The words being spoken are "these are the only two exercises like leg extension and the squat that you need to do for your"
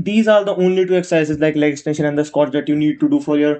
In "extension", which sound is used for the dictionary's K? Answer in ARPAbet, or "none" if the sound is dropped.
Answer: none